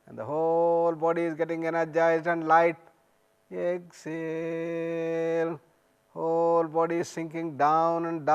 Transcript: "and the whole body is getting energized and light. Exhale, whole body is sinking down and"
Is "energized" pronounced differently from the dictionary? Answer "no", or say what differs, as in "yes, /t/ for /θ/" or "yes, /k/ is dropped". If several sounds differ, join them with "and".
yes, /d/ is dropped